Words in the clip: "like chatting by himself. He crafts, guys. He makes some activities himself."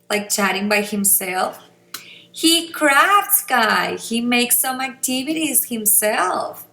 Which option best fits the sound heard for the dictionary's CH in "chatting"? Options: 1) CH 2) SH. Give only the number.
1